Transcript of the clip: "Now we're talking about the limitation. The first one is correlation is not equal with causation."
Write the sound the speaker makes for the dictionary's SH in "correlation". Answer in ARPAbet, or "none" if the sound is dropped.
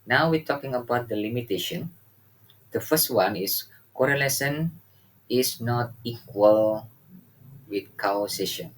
S